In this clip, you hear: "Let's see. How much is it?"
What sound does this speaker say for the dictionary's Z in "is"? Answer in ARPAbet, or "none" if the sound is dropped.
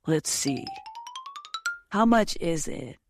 Z